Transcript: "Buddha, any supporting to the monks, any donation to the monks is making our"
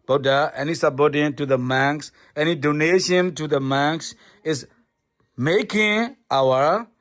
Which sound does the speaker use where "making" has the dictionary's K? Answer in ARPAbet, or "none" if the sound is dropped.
K